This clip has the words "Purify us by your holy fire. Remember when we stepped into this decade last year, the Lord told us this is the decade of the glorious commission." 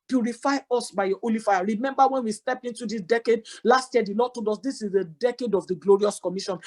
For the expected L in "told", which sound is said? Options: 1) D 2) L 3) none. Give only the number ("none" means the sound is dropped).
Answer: 3